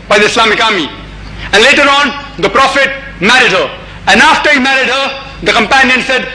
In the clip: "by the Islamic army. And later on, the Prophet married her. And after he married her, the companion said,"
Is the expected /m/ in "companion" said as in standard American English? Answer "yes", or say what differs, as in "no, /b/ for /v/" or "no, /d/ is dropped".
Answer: yes